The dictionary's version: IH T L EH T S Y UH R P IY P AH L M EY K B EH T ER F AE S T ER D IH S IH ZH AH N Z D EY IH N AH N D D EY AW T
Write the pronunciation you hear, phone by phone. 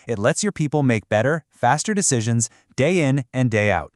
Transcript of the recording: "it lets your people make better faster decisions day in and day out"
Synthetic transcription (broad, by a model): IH T L EH T S Y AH R P IY P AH L M EY K B EH T ER F AE S T ER D IH S IH ZH AH N Z D EY IH N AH N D D EY AW T